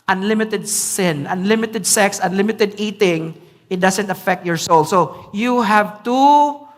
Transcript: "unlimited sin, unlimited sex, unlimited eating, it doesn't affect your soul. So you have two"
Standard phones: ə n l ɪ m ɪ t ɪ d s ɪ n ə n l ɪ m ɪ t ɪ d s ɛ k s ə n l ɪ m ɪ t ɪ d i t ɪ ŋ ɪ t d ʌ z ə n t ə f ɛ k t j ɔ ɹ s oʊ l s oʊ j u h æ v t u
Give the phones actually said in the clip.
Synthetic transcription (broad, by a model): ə n l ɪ m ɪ t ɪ d s ɪ n ə n l ɪ m ɪ t ɪ d s ɛ k s ə n l ɪ m ɪ t ɪ d i t ɪ ŋ ɪ t d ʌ s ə n t ə f ɛ k t j ɔ ɹ s oʊ l s oʊ j u h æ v t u